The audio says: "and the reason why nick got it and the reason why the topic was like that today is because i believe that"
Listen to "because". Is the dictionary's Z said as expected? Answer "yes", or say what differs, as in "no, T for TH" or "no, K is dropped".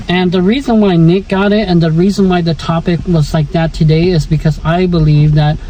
yes